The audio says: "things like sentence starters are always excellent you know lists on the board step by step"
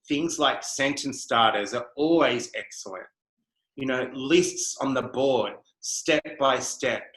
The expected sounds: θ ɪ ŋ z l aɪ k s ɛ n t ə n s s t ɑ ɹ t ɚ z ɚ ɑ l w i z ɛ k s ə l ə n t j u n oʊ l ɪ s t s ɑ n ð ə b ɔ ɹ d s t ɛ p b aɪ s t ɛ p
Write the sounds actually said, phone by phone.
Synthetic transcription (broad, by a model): θ ɪ ŋ z l aɪ k s ɛ n t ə n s s t ɑ ɹ t ɚ z ɚ ɑ l w i z ɛ k s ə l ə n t j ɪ n oʊ l ɪ s t s n ð ə b ɔ ɹ d s t ɛ p b aɪ s t ɛ p